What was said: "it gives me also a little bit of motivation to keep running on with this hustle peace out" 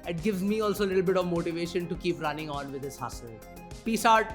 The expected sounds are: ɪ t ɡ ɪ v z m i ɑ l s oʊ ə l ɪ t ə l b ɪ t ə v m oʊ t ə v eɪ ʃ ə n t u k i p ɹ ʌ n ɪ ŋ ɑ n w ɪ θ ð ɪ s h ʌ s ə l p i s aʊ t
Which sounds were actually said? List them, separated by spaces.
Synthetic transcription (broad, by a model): ɪ t ɡ ɪ v z m i ɑ l s oʊ ə l ɪ t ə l b ɪ t ə v m oʊ t ə v eɪ ʃ ə n t u k i p ɹ ʌ n ɪ ŋ ɑ n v ɪ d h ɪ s h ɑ s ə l p i s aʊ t